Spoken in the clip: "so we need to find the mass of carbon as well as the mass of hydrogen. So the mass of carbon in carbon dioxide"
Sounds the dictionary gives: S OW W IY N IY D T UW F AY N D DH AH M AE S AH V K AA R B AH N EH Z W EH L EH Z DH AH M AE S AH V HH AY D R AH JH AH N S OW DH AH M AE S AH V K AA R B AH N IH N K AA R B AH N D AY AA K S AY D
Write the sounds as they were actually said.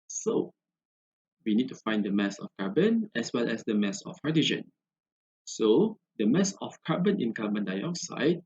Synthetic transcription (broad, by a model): S OW W IY N IY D T UW F AY N D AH M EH S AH F K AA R B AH N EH S W EH L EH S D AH M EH S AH F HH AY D AH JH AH N S OW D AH M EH S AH F K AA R B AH N IH N K AA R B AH N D AY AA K S AY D